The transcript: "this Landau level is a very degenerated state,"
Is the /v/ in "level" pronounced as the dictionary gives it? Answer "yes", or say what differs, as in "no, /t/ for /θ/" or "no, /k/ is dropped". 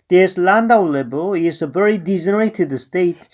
no, /b/ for /v/